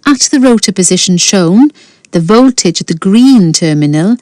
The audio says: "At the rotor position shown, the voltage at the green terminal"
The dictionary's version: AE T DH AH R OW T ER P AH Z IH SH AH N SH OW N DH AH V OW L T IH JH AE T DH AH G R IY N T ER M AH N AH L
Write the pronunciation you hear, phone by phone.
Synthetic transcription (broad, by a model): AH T DH AH R OW T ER P AH Z IH SH AH N SH OW N DH AH V OW L T IH JH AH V DH AH G R IY N T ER M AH N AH L